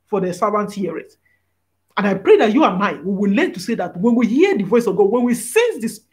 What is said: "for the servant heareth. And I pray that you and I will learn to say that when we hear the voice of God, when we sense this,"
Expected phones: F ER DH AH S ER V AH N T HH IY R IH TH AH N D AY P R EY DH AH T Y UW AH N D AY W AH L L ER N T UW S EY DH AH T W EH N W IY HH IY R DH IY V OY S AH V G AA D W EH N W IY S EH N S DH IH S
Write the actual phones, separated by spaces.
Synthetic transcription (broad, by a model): F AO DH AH S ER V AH N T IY R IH T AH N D AY P R EY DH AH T Y UW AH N AY W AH W L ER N T UW S EY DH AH T W EH N W IY HH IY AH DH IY V OY S AH V G AA D W EH N W IY S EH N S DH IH S